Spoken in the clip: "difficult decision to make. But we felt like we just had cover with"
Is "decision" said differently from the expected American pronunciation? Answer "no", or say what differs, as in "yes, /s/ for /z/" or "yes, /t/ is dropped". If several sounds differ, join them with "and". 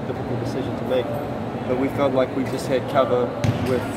no